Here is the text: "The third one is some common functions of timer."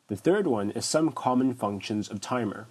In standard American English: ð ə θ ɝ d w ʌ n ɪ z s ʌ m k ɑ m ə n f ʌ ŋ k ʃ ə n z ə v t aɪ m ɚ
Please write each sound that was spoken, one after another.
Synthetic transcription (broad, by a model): ð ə θ ɝ d w ʌ n ɪ z s ʌ m k ɑ m ə n f ʌ ŋ k ʃ ə n z ə v t aɪ m ɚ